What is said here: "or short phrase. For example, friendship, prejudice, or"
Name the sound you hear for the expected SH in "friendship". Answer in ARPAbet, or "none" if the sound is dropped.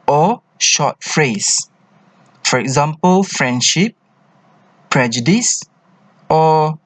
SH